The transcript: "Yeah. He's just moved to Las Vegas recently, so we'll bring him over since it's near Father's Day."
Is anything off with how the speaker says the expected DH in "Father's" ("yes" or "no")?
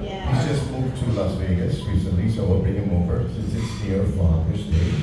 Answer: yes